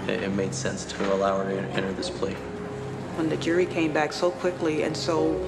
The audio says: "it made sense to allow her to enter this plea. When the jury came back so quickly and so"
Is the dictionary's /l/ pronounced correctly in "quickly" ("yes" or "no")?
yes